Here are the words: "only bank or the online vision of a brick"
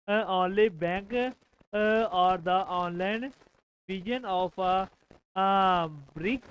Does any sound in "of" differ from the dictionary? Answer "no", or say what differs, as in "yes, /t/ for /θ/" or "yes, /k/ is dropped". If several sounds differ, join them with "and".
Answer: yes, /p/ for /v/